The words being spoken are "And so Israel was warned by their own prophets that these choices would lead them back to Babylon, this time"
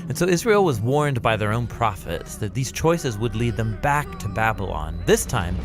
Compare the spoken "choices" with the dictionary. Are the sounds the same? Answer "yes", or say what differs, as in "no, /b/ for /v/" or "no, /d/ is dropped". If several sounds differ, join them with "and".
yes